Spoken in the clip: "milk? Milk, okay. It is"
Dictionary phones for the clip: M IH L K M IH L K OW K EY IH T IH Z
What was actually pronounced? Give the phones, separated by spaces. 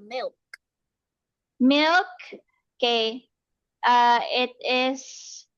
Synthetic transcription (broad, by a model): M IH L K M IH L K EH AA IH T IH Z